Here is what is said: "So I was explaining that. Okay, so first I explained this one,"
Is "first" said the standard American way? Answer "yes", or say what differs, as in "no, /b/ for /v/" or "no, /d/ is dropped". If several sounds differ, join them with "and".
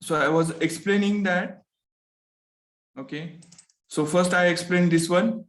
yes